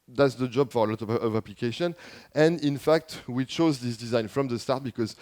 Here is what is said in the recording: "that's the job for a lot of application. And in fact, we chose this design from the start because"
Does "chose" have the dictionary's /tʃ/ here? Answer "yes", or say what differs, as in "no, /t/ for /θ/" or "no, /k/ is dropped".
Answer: yes